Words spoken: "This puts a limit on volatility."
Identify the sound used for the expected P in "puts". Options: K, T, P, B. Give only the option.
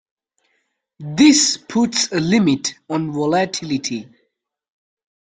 P